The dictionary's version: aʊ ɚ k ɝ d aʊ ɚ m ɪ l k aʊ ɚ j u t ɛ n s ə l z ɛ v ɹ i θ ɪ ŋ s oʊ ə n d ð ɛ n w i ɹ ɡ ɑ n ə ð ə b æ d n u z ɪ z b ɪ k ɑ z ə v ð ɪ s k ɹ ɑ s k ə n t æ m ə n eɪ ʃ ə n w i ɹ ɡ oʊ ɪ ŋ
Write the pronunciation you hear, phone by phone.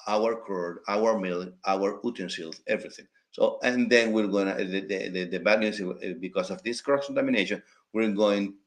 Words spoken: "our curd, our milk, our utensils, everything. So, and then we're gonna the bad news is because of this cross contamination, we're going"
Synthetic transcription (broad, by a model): aʊ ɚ k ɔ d aʊ ɚ m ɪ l aʊ ɚ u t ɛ n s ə l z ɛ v ɹ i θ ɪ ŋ s oʊ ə n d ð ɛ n w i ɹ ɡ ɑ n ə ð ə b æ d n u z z b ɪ k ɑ s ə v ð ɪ s k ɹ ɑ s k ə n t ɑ m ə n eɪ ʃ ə n w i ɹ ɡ oʊ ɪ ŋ